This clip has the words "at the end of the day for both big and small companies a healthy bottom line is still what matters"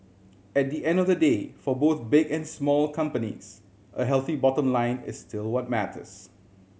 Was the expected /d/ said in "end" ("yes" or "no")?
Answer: yes